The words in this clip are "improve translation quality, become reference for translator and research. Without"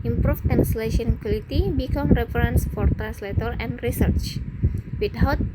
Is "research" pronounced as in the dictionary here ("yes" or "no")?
yes